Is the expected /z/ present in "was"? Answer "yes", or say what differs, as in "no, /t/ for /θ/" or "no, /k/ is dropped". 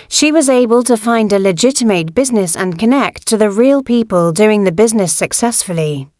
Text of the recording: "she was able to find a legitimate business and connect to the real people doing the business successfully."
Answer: yes